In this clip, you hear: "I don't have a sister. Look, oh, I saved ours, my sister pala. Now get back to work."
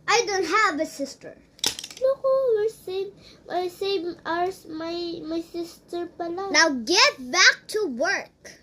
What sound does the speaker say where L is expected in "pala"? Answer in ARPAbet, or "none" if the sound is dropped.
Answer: L